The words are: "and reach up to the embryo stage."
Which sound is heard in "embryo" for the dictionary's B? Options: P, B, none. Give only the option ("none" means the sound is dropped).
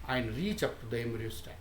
none